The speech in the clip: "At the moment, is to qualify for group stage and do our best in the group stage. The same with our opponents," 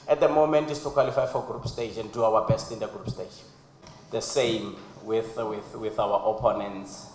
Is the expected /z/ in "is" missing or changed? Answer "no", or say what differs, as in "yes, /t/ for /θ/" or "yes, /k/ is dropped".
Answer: yes, /s/ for /z/